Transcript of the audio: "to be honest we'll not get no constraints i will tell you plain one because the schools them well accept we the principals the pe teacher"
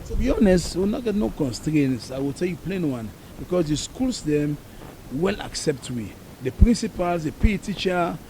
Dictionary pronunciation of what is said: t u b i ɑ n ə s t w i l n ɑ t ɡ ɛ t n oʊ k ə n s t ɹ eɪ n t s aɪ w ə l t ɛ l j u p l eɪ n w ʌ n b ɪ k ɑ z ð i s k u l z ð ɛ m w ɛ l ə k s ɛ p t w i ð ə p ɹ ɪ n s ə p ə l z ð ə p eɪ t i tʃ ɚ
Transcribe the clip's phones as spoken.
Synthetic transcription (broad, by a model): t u b i ɑ n ə s t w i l n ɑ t ɡ ɛ t n oʊ k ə n s t ɹ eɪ n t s aɪ w ə l t ɛ l j u p l eɪ n w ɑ n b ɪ k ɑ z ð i s k u l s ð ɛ m w ɛ l ə k s ɛ p t w i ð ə p ɹ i n s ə p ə l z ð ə p eɪ t i tʃ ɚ